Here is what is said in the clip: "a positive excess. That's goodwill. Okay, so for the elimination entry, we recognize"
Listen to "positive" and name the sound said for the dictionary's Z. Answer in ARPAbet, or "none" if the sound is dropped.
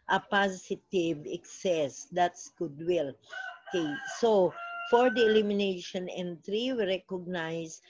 S